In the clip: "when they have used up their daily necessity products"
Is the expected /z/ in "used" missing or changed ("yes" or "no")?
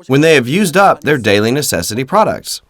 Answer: no